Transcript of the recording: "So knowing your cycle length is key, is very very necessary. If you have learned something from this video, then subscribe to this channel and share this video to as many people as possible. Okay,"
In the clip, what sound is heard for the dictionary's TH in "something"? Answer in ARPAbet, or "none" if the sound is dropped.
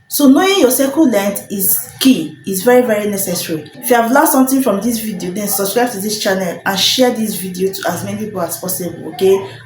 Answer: T